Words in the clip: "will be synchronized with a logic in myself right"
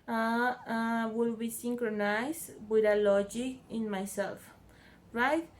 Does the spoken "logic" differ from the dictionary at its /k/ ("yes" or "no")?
yes